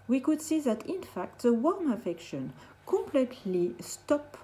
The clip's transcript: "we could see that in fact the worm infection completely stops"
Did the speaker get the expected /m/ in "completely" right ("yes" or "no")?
yes